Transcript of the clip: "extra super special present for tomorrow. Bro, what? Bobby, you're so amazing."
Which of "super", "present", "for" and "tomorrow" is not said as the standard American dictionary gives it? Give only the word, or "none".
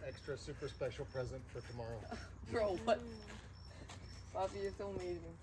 none